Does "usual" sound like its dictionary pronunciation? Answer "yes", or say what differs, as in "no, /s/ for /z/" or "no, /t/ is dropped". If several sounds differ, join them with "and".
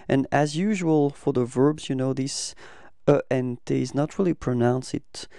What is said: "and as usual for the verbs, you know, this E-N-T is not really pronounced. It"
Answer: yes